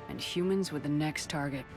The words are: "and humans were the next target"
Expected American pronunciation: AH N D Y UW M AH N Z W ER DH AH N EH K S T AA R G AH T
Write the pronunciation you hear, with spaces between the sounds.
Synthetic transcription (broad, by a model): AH N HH Y UW M AH N Z W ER DH AH N EH K S T AA R G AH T